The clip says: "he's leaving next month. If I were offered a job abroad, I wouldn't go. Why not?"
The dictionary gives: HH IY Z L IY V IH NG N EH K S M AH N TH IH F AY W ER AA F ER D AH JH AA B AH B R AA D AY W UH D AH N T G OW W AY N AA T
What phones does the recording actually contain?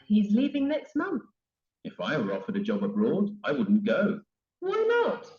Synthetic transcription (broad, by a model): HH IY Z L IY V IH NG N EH K S M AH N TH IH F AY W ER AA F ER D AH JH AA B AH B R AA D AY W UH D N G OW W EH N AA T